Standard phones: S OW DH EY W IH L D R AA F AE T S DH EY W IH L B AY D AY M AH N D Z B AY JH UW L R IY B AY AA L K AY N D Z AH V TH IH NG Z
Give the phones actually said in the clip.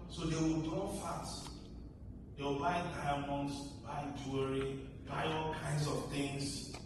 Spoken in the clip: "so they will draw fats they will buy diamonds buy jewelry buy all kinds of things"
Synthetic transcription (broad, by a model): S OW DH EY W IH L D AA F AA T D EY W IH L B AY D AY M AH N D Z B AY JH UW R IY B AY AA L K AY N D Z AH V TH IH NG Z